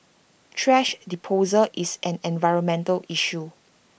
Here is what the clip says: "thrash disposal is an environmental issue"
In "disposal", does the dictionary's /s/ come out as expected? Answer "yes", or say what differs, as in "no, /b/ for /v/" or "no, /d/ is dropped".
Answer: no, /s/ is dropped